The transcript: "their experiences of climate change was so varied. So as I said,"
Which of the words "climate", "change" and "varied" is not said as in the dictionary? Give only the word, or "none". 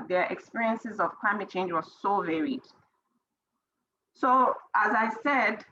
none